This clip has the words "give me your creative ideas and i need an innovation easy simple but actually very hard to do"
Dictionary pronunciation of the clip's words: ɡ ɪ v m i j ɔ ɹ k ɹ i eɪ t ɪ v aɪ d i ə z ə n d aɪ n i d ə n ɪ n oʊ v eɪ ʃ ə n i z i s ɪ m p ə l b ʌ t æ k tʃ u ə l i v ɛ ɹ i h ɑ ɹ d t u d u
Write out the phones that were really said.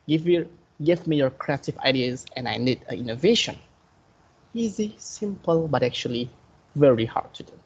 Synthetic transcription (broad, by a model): ɡ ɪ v m i j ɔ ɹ k ɹ i eɪ t ɪ v aɪ d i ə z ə n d aɪ n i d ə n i n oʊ v eɪ ʃ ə n i z i s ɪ m p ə l b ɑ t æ k tʃ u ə l i v ɛ ɹ i h ɑ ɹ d t u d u